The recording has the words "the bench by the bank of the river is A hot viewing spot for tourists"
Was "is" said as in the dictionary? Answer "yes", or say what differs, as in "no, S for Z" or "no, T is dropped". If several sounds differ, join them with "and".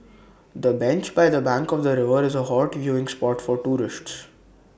yes